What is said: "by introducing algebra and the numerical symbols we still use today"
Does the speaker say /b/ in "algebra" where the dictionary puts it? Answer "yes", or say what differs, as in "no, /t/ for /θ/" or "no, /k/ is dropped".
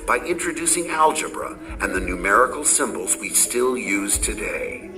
yes